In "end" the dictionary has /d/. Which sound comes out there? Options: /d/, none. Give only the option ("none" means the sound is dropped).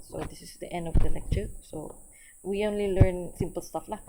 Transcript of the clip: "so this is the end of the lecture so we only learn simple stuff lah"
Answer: /d/